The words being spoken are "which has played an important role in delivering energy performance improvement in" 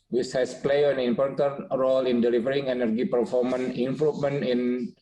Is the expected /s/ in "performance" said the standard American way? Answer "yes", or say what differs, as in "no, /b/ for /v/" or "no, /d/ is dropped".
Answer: no, /s/ is dropped